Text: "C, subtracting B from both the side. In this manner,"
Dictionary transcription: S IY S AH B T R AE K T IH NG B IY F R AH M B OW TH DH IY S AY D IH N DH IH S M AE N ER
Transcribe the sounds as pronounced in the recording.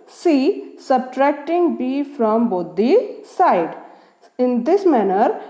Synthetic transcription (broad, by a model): S IY S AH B T R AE K T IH NG B IY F R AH M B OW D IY S AY D IH N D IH S M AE N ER